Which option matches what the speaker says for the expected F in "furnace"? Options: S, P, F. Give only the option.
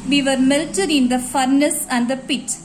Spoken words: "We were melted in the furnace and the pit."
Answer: F